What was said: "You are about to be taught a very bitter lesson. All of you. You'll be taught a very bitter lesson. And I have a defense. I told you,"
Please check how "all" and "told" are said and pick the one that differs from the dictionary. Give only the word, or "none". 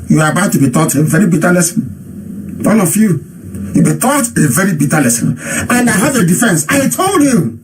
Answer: all